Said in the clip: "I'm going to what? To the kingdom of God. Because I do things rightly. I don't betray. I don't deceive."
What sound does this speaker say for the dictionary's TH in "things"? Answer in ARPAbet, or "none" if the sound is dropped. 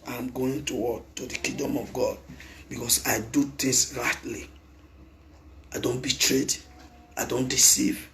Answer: T